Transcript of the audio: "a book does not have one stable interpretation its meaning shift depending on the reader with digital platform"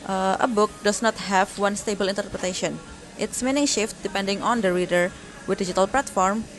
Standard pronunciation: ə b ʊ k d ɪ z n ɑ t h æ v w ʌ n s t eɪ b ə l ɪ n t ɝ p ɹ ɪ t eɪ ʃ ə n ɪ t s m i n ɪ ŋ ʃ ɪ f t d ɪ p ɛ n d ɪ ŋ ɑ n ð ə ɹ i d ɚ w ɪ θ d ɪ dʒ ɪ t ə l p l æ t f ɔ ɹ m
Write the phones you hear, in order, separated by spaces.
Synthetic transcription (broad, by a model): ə b ʊ k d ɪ s n ɑ t h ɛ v w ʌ n s t eɪ b ə l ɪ n t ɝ p ɹ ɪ t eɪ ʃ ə n ɪ t s m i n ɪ ŋ ʃ ɪ f t d ɪ p ɛ n d ɪ ŋ ɑ n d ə ɹ i d ɚ w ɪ d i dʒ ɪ t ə l p l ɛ t f ɔ ɹ m